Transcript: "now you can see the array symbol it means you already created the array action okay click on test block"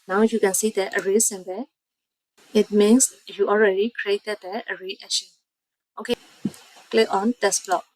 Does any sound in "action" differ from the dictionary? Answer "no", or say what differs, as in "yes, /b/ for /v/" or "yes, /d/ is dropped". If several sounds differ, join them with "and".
yes, /k/ is dropped